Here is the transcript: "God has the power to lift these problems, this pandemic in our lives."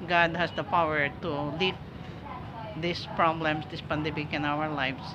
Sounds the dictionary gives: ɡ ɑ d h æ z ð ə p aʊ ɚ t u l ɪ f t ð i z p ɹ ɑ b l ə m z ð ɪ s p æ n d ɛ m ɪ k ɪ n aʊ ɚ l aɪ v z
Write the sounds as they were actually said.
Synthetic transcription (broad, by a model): ɡ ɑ d h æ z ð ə p aʊ ɚ t u l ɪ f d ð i s p ɹ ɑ b l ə m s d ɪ s p æ n d ɛ m ɪ k ɪ n aʊ ɚ l aɪ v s